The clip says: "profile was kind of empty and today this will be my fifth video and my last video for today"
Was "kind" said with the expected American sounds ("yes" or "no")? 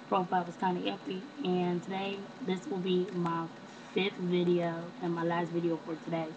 no